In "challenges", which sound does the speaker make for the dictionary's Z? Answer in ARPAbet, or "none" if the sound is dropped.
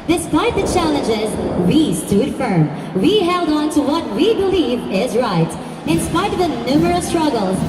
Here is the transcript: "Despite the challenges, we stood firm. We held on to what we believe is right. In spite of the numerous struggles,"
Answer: Z